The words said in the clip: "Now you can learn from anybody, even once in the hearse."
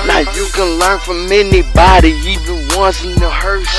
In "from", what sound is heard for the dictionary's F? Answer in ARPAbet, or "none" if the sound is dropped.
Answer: F